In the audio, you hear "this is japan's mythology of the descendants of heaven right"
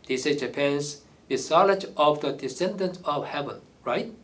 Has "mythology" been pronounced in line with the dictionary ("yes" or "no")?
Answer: no